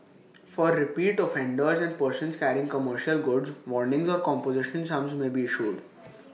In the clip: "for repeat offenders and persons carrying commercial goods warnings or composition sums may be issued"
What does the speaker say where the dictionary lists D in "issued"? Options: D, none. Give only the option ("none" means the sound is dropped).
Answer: D